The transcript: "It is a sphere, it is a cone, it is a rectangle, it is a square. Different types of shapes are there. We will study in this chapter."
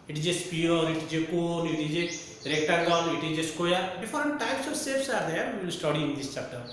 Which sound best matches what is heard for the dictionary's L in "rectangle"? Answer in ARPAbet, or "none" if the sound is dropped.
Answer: N